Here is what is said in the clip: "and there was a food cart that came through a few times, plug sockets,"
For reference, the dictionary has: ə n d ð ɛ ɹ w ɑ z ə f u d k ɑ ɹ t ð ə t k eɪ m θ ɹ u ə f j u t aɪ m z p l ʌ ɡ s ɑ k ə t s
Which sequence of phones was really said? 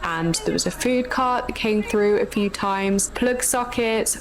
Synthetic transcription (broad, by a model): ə n ð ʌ w ɑ z ə f u d k ɑ t ð ə t k eɪ m θ ɹ u ə f j u t aɪ m z p l ʌ ɡ s ɑ k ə t s